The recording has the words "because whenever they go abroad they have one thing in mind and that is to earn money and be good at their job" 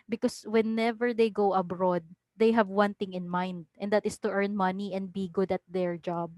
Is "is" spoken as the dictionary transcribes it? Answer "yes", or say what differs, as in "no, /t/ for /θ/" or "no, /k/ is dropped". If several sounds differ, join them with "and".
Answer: no, /s/ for /z/